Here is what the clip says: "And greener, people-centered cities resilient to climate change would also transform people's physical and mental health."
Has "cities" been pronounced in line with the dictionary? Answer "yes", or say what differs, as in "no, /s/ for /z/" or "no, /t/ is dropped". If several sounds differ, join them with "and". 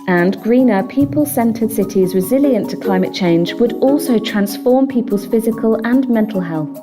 yes